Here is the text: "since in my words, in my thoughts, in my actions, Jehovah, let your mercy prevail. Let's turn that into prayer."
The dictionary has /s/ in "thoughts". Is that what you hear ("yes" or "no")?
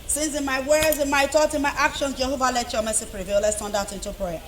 no